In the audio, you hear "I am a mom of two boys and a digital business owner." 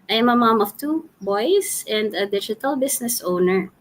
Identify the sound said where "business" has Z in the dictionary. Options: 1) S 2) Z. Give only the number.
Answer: 1